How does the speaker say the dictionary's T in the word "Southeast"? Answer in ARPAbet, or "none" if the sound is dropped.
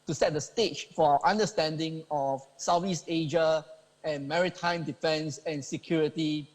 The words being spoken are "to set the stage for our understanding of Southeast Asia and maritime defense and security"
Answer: none